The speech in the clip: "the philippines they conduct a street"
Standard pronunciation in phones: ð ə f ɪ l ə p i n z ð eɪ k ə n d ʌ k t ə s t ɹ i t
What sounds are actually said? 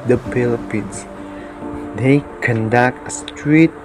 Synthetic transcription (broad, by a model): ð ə p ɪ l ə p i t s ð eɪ k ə n d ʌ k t ə s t ɹ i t